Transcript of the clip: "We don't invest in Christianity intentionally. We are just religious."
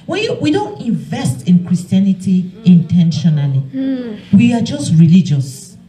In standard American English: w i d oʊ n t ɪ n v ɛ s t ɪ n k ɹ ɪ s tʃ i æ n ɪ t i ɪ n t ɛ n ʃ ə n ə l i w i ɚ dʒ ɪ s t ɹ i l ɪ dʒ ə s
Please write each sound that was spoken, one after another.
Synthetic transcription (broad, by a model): w i d oʊ n t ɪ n v ɛ s t ɪ n k ɹ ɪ s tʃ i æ n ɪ t i ɪ n t ɛ n ʃ ə n ə l i w i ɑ dʒ ɪ s t ɹ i l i dʒ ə s